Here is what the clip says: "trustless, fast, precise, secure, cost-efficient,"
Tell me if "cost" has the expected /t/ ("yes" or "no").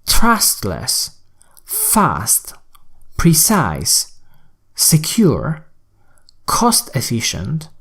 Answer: yes